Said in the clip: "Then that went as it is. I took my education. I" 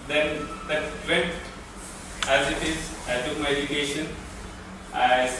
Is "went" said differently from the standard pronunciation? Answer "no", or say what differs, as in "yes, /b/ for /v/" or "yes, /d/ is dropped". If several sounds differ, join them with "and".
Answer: yes, /n/ is dropped